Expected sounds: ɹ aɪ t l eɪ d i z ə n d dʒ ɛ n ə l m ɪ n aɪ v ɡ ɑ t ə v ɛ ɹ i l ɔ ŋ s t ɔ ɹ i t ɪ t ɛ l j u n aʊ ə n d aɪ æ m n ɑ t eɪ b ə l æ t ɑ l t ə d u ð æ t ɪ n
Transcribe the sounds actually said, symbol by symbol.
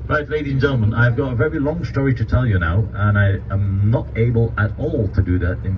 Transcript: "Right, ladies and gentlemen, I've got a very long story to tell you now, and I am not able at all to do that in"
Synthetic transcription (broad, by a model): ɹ aɪ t l eɪ d i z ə n dʒ ɛ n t m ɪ n aɪ v ɡ ɑ t ə v ɛ ɹ i l ɔ ŋ s t ɔ ɹ i t ɪ t ɛ l j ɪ n aʊ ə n aɪ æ m n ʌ t eɪ b ə l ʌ t ɑ l t ə d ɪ ð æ t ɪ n